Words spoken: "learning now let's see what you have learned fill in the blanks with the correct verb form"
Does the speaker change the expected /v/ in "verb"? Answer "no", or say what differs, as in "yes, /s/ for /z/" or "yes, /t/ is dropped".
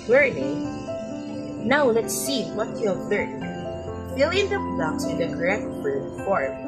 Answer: yes, /b/ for /v/